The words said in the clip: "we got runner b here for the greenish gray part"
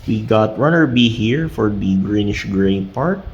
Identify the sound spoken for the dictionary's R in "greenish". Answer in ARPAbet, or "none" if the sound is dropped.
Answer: R